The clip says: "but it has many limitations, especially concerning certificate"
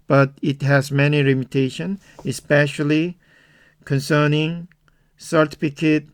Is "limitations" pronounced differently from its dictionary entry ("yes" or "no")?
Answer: yes